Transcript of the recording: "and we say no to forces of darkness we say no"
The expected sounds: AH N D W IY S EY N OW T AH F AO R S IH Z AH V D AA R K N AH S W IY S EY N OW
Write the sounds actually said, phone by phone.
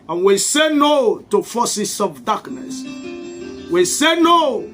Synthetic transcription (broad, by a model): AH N W IY S EY N OW T AH F AO S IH S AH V D AA K N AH S W IY S EY N OW